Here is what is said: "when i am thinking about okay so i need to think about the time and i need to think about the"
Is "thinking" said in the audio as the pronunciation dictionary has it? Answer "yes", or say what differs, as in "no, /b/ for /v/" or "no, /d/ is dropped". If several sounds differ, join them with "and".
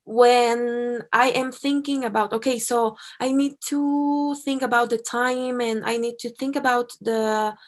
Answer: yes